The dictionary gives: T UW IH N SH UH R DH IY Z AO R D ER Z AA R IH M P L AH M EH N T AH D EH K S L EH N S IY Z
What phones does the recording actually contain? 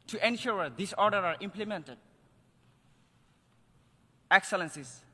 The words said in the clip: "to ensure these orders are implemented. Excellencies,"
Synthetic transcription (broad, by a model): T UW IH N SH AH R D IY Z AO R D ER AA R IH M P L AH M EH N T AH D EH K S L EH N S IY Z